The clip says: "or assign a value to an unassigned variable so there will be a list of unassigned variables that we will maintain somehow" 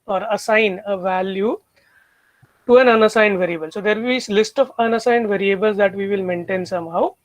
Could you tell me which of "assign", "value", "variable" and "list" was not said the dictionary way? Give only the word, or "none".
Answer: none